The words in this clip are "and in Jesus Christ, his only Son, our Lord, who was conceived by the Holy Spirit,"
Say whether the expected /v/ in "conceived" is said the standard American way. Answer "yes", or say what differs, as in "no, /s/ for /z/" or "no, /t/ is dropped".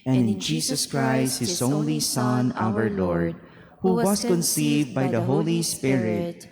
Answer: yes